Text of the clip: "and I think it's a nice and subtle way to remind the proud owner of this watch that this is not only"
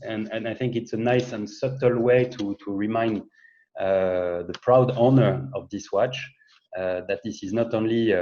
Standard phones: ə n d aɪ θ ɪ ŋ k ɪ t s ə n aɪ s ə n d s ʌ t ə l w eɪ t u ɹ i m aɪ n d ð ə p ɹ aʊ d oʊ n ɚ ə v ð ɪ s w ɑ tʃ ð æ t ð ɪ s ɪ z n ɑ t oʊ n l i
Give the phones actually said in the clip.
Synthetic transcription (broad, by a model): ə n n aɪ θ ɪ ŋ k ɪ t s ə n aɪ s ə n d s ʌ t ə l w eɪ t u ɹ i m aɪ n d ð ə p ɹ aʊ d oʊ n ɚ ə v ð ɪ s w ɑ tʃ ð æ t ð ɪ s ɪ z n ɑ t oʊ n l i